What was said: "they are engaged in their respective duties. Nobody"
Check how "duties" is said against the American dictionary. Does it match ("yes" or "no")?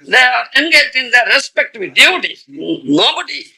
no